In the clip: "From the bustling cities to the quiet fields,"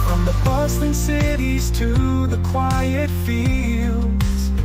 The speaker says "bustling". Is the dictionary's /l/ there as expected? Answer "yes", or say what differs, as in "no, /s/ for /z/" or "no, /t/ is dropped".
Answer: no, /l/ is dropped